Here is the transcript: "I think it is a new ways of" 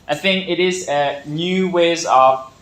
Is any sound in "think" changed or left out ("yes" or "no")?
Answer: no